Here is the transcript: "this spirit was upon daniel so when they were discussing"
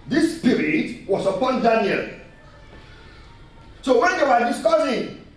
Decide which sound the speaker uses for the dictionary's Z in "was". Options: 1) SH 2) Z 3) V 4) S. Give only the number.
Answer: 4